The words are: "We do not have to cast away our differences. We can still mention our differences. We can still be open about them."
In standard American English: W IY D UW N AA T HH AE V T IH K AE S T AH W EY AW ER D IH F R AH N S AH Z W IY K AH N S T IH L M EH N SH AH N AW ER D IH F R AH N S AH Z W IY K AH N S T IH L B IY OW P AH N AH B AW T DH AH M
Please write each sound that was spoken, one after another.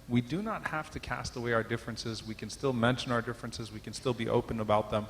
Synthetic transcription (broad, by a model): W IY D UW N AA T HH AE F T IH K AE S T AH W EY AW ER D IH F R AH N S AH Z W IY K AH N S T IH L M EH N SH AH N AW ER D IH F R AH N S AH Z W IY K AH N S T IH L B IY OW P AH N AH B AW T DH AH M